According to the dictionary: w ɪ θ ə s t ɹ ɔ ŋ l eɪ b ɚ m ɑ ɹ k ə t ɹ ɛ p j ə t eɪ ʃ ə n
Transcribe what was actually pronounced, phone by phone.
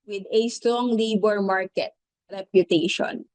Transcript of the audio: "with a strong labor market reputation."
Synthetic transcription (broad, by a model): w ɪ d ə s t ɹ ɔ ŋ l eɪ b ɚ m ɑ ɹ k ə t ɹ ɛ p j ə t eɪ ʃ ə n